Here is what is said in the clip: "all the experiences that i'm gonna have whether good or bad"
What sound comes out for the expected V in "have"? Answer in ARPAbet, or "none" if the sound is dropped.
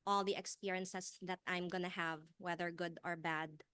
V